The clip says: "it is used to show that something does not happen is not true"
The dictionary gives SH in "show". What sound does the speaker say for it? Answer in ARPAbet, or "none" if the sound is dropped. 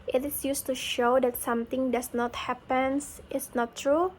SH